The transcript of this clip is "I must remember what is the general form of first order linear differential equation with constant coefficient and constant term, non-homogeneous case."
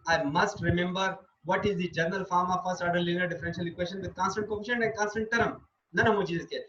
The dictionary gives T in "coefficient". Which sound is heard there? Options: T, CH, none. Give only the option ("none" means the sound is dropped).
none